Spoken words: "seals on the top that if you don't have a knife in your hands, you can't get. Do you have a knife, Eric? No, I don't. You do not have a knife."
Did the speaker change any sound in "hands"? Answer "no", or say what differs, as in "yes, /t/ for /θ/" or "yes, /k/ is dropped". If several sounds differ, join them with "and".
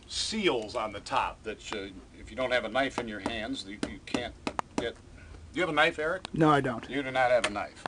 no